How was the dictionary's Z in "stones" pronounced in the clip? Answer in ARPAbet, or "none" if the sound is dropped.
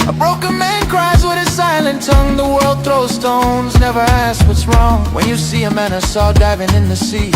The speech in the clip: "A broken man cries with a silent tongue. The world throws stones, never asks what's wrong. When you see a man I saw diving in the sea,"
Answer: Z